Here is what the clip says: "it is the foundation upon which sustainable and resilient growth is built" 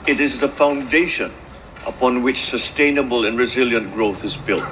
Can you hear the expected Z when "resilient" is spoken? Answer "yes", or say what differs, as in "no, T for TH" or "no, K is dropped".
yes